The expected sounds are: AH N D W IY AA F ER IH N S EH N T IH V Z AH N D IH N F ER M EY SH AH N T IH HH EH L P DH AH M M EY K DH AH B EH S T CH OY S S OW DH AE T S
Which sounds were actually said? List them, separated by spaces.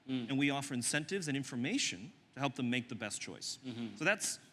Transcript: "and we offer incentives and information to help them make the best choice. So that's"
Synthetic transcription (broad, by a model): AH N W IY AA F ER IH N S EH N T IH V Z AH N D IH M F ER M EY SH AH N T IH HH EH L P DH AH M M EY K DH AH B EH S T CH OY S S OW DH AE T S